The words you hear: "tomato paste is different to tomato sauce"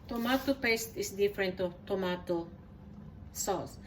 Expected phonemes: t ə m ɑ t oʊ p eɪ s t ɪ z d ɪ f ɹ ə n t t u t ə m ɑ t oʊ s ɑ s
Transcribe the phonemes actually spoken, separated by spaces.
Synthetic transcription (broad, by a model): t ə m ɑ t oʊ p eɪ s t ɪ s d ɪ f ɹ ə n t t u t ə m ɑ t oʊ s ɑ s